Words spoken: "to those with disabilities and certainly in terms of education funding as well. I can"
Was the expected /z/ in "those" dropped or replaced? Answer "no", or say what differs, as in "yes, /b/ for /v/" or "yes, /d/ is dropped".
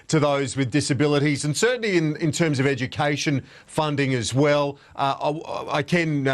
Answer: no